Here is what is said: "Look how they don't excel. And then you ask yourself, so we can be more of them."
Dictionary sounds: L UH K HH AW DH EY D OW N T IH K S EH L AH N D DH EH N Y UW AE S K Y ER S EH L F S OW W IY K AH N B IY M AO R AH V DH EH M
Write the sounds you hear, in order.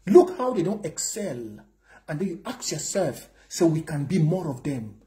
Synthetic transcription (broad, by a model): L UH K HH AW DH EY D OW N T IH K S EH L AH N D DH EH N Y UW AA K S Y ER S EH L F S OW W IY K AH N B IY M AO R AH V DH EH M